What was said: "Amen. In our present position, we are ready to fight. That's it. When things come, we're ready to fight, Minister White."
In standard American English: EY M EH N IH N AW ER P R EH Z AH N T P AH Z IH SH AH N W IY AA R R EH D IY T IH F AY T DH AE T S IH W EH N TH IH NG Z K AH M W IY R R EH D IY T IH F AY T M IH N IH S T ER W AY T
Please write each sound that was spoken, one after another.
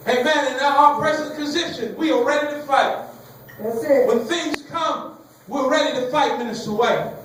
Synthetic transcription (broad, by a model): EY M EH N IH N AW ER P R EH Z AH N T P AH Z IH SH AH N W IY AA L R EH D IY T IH F AY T T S W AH N TH IH NG Z K AH M W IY L R EH D IY T IH F AY T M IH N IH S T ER W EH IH